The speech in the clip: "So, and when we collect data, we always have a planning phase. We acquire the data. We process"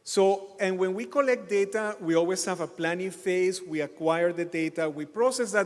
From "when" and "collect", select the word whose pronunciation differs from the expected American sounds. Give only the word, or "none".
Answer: none